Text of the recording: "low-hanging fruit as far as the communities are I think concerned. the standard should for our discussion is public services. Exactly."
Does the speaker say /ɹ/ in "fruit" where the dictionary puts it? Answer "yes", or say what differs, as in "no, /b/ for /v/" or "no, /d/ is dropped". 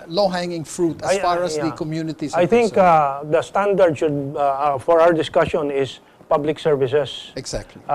yes